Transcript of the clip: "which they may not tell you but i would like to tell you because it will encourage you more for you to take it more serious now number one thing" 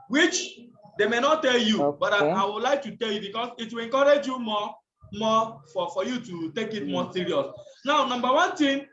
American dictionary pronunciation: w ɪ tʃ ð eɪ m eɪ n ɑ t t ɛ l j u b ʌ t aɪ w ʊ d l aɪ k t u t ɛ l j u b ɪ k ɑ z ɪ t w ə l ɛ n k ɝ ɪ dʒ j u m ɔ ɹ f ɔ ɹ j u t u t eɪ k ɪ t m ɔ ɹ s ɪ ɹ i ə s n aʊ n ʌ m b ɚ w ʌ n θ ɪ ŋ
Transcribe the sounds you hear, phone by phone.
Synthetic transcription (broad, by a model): w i tʃ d eɪ m eɪ n ɑ t t ɛ l j u b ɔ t aɪ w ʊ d l aɪ k t u t ɛ l j u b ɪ k ɑ s ɪ t w ə l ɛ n k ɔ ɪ dʒ j u m ɔ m f ɔ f j u t u t eɪ k ɪ t m ɔ s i ɹ i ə s n aʊ n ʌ m b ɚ w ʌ n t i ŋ